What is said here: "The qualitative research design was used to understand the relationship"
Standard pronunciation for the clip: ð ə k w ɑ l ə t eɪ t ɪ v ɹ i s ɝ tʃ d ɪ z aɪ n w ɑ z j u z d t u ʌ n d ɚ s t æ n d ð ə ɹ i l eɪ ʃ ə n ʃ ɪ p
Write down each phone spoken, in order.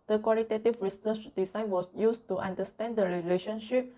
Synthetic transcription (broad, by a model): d ə k w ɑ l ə t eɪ t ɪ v ɹ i s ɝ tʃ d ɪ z aɪ n w ɑ s j u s t u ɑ n d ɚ s t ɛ n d ə ɹ i l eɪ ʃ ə n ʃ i p